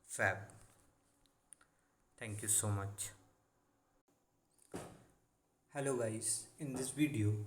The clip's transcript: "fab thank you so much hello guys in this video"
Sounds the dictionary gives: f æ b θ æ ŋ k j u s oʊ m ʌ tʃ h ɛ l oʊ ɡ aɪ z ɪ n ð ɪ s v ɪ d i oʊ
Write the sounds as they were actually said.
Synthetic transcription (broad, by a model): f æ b t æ ŋ k j u s oʊ m ʌ tʃ h ɛ l oʊ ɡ aɪ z ɪ n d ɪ s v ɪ d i oʊ